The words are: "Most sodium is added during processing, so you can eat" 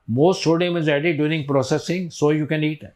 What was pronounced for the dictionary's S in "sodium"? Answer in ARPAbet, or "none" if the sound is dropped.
SH